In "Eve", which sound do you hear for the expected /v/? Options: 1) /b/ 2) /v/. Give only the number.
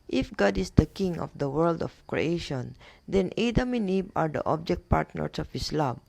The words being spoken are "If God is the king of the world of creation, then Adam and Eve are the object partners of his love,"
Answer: 1